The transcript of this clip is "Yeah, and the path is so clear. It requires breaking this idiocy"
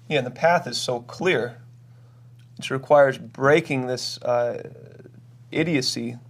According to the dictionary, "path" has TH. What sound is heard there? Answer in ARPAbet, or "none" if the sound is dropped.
TH